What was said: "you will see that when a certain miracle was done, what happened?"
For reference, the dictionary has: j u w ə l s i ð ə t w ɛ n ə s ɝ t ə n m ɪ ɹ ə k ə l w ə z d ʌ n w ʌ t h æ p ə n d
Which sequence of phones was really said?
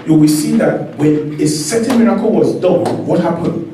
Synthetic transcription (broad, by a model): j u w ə s i ð ə t w ɛ n ə s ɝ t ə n m ɪ ɹ ə k ə l w ə z d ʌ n w ʌ t h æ p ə n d